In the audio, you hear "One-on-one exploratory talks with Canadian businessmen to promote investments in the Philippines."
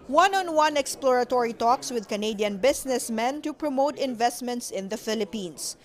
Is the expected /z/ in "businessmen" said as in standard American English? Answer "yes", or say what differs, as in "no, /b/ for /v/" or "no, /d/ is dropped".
no, /s/ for /z/